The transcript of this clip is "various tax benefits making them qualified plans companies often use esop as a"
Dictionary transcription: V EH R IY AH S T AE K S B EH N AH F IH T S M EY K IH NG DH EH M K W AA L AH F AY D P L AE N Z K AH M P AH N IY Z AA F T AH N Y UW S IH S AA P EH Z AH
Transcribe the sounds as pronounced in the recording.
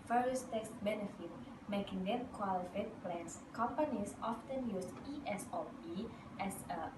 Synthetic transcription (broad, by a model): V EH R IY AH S T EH K S B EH N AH F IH T M EY K IH NG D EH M K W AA L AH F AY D P L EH N S K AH M P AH N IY S AA F T AH N Y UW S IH S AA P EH S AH